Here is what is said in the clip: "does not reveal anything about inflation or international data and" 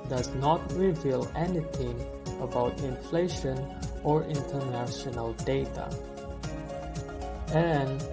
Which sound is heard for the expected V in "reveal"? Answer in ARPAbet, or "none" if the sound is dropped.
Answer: V